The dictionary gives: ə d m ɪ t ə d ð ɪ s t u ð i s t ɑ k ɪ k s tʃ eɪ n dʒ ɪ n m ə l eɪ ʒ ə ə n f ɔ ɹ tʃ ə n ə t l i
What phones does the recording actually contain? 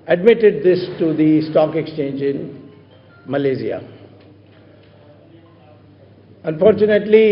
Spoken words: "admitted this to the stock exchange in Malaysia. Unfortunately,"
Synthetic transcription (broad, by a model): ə d m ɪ t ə d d ɪ s t u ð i s t ɑ k ɪ k s tʃ eɪ n dʒ ɪ n m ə l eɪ z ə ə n f ɔ ɹ tʃ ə n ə t l i